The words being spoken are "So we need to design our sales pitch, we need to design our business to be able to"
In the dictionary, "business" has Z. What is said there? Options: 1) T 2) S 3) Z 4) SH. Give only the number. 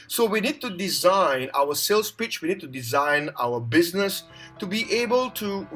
3